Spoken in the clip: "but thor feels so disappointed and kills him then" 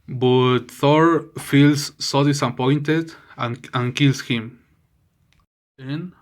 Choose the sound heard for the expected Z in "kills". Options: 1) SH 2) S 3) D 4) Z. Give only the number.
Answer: 2